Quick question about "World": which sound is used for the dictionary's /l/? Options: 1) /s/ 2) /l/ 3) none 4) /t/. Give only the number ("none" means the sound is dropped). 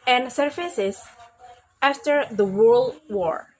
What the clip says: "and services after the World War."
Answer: 2